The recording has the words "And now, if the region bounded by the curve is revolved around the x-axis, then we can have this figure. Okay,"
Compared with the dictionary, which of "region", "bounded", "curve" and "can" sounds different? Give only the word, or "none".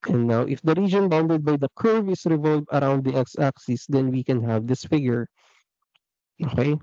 none